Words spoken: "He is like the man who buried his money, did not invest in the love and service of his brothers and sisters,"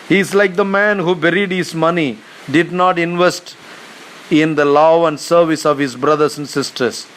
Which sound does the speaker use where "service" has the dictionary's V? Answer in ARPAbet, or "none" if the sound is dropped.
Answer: V